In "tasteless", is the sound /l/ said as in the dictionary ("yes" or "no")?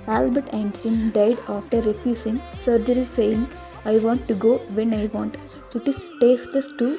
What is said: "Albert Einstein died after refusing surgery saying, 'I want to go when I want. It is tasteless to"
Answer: no